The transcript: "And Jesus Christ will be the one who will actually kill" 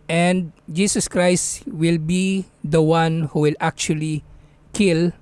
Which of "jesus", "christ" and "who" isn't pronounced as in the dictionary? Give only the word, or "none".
jesus